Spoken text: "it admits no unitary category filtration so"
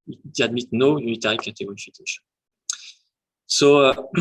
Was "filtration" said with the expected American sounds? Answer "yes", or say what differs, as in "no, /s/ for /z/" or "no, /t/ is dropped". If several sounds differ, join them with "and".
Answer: no, /l/ is dropped and /ɹ/ is dropped